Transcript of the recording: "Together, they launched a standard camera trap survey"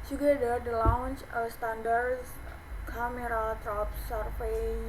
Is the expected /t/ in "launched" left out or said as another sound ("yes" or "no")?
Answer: yes